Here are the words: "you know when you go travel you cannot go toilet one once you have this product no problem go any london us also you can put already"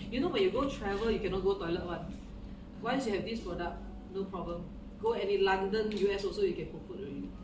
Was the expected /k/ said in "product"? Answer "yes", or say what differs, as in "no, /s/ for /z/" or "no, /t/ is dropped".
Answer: no, /k/ is dropped